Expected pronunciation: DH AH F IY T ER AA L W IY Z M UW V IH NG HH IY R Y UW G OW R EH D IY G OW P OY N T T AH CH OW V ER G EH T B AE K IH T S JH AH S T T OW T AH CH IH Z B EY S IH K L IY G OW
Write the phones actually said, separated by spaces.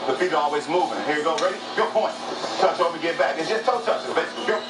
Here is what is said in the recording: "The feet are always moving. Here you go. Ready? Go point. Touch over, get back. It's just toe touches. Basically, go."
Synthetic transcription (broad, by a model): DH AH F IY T ER AA L W IY Z M UW V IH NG HH IY R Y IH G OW R EH D IY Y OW P OY N T T AH CH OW ER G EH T B AE K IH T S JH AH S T T OW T AH CH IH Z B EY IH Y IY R